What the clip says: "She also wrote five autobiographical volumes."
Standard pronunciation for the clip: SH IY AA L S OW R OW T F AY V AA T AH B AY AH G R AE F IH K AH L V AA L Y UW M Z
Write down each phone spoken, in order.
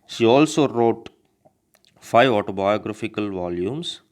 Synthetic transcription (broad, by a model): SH IY AA L S OW R OW T F AY V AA T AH B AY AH G R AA F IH K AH L V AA L Y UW M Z